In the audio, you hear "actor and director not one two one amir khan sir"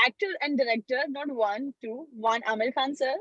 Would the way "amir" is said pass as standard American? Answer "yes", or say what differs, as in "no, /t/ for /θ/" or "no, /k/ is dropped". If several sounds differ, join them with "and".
no, /l/ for /ɹ/